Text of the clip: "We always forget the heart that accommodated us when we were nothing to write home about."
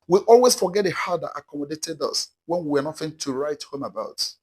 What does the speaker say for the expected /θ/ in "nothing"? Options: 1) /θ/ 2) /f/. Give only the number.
2